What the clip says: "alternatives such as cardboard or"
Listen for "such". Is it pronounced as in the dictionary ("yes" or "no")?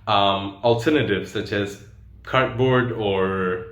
yes